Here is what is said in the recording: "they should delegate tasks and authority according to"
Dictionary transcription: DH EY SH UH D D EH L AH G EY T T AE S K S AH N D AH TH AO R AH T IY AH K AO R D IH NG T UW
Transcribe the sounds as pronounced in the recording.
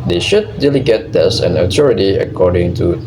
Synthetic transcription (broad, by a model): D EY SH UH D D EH L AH G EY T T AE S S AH N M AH T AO R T IY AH K AO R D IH NG T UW